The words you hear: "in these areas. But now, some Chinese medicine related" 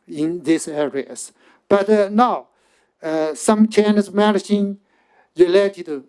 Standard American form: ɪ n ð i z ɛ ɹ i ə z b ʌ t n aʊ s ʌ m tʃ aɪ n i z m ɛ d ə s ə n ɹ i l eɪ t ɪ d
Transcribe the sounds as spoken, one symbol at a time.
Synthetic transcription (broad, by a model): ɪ n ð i s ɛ ɹ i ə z b ʌ t n aʊ s ʌ m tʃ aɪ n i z m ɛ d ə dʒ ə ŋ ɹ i l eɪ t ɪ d